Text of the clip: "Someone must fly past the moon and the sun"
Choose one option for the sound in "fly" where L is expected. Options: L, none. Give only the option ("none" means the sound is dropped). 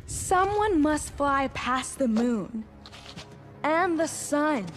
L